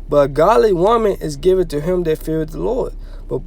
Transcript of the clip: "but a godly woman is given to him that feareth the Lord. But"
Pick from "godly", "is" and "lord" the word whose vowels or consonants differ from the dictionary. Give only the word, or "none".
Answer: none